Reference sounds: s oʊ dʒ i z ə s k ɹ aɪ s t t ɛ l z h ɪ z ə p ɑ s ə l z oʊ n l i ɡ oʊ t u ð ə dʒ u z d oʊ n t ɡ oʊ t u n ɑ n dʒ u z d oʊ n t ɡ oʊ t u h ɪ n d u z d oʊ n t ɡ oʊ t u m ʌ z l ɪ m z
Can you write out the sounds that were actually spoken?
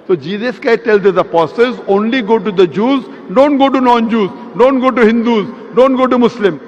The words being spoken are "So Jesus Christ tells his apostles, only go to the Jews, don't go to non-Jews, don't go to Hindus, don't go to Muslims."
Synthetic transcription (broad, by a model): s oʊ dʒ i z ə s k aɪ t t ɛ l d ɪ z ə p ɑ s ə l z oʊ n l i ɡ oʊ t u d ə dʒ u z d oʊ n t ɡ oʊ t u n ɑ n dʒ u z d oʊ n t ɡ oʊ t u h ɪ n d u z d oʊ n t ɡ oʊ t u m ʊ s l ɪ m